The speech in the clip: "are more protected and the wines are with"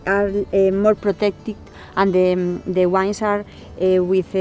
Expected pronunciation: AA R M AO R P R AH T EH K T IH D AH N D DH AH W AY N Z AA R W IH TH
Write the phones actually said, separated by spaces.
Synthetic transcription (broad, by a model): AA R M AO R P R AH T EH K T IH AH N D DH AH W AY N S AA R W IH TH